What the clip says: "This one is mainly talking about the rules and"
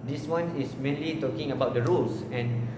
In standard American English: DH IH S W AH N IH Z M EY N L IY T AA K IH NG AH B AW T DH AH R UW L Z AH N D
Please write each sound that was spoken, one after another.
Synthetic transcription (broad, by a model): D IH S W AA N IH S M EY N L IY T AA K IH NG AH B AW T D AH R UW L S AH N